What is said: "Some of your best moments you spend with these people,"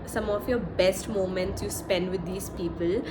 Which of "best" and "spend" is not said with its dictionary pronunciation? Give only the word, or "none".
none